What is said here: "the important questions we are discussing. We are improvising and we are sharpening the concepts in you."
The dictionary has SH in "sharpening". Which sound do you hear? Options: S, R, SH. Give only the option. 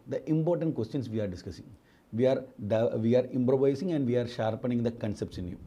SH